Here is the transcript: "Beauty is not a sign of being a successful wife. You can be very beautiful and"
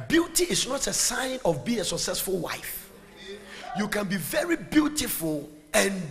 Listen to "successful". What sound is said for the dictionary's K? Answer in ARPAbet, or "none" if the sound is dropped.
K